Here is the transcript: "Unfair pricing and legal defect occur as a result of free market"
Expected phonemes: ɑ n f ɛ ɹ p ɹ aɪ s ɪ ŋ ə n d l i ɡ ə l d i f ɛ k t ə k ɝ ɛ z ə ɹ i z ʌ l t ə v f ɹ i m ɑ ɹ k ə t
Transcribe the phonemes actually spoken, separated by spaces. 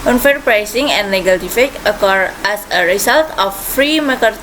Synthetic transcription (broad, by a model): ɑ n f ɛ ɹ p ɹ aɪ s ɪ ŋ ə n d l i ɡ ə l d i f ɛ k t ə k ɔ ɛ s ə ɹ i s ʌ l t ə f ɹ i m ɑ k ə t